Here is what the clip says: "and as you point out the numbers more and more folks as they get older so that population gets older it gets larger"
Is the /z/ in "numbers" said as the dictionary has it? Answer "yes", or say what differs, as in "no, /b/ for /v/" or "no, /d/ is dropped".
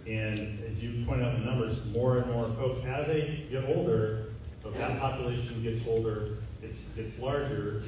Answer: yes